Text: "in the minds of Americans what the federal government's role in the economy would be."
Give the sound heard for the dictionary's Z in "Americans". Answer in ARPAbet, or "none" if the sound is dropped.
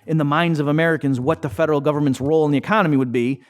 Z